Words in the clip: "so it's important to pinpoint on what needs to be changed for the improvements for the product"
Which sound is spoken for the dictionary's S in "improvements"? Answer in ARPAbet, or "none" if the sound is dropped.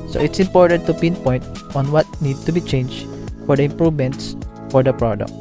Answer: S